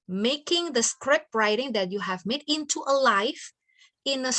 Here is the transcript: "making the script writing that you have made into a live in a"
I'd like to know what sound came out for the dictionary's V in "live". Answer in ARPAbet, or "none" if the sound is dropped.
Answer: F